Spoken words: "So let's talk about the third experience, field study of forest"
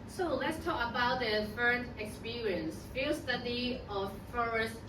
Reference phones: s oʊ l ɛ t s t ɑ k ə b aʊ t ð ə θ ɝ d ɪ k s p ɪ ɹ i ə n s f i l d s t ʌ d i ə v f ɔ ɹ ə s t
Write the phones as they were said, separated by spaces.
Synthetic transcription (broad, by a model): s oʊ l ɛ t s t ɑ k ə b aʊ t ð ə f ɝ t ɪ k s p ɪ ɹ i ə n s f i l s t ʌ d i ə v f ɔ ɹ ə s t